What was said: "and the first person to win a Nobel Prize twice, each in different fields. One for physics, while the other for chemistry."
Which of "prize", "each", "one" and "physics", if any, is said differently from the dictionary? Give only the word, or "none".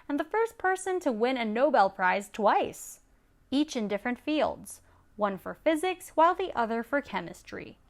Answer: none